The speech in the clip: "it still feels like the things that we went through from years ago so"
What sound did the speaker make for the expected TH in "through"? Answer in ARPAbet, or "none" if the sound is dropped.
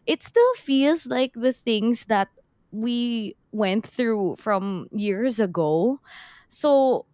TH